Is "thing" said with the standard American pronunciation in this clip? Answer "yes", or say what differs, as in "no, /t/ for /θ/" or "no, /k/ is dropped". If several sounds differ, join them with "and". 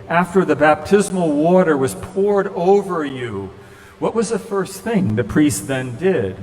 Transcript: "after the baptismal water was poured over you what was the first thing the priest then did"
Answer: yes